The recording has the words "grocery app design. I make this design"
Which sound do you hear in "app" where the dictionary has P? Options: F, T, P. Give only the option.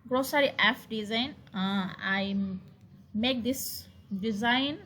F